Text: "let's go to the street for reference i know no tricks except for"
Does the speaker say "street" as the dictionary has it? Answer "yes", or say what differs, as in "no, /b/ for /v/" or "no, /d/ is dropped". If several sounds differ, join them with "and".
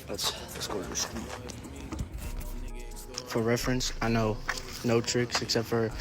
no, /ɹ/ is dropped